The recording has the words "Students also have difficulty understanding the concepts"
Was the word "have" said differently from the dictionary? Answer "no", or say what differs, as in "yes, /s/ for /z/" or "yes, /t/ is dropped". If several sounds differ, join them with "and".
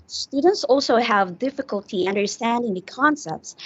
no